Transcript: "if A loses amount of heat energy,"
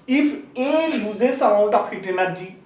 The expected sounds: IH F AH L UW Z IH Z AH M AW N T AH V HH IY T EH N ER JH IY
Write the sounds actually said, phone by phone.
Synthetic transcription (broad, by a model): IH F AH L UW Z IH S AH AW T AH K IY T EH N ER JH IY